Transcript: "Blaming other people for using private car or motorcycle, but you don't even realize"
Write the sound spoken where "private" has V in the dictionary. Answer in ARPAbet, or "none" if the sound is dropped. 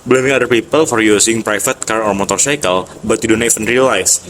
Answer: F